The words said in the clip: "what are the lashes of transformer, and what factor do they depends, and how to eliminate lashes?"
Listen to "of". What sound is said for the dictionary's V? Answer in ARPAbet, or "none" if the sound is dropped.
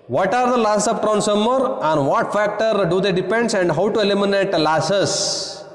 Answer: P